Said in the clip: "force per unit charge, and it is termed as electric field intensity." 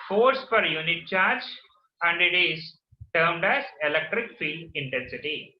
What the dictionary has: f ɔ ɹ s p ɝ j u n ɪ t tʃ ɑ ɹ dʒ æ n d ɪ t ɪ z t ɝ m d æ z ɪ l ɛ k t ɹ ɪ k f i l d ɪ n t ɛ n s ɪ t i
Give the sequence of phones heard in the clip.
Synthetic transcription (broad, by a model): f ɔ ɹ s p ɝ j u n ɪ t tʃ ɑ ɹ dʒ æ n d ɪ t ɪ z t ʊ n d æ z ɪ l ɛ k t ɹ ɪ k f i l d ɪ n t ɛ n s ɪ t i